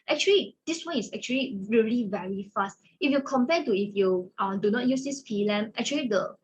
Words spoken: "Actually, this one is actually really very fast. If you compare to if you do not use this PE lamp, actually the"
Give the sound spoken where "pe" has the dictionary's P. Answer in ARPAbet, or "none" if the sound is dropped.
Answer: F